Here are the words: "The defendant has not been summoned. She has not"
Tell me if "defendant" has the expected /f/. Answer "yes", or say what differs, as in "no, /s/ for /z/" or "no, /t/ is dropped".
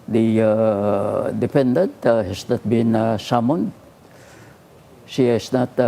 no, /p/ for /f/